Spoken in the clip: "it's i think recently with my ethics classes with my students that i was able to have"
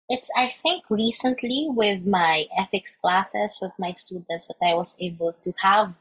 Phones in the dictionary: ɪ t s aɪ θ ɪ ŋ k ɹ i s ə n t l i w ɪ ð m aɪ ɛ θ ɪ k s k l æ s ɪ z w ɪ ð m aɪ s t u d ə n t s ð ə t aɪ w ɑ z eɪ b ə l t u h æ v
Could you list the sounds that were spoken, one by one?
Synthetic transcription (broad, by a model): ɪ t s aɪ θ ɪ ŋ k ɹ i s ə n t l i w ɪ ð m aɪ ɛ f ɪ k s k l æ s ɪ s w ɪ ð m aɪ s t u d ə n t s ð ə t aɪ w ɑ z eɪ b ə l t u h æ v